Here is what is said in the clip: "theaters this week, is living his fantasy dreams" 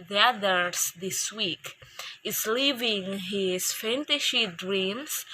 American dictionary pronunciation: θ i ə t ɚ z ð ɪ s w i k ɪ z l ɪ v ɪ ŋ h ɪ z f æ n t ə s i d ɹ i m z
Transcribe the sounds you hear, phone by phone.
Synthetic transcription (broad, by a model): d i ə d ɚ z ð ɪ s w i k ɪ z l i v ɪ ŋ h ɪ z f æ n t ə ʃ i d ɹ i m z